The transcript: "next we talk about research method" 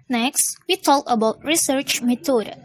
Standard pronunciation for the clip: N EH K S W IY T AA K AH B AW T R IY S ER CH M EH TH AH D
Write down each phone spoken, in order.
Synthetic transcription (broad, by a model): N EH K S W IY T AA K AH B AW T R IY S ER CH M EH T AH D